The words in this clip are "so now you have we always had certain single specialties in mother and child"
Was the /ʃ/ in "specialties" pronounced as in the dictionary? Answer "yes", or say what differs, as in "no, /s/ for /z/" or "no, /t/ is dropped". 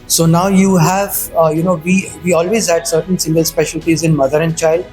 yes